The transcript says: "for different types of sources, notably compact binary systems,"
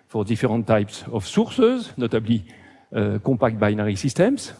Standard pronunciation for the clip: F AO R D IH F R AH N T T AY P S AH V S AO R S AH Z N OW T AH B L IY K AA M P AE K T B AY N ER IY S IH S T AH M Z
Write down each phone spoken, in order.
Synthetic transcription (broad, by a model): F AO R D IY F R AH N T T AY P S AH F S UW R S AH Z N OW T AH B L IY K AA P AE K T B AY N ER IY S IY S T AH M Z